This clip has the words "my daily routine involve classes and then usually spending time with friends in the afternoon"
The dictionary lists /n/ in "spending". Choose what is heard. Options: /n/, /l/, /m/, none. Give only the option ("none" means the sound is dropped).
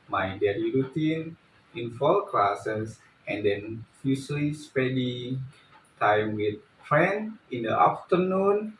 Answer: none